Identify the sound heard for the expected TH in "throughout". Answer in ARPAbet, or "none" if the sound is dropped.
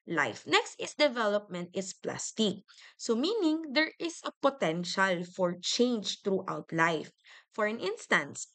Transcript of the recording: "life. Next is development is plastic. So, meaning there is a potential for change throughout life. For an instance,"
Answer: T